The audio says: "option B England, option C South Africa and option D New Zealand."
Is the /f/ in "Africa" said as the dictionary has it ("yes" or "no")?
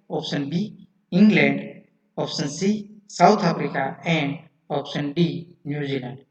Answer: no